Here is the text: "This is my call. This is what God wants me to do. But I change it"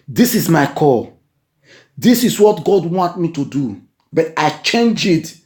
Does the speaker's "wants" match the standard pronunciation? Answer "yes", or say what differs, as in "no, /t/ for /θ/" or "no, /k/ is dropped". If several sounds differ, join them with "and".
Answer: no, /s/ is dropped